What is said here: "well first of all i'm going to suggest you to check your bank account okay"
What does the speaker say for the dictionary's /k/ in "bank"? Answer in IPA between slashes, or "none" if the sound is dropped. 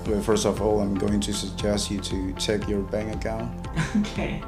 none